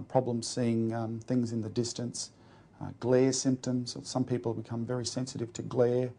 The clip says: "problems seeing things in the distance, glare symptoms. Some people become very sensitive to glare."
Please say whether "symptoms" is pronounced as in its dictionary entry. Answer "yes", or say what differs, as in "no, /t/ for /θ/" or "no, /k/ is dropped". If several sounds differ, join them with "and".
yes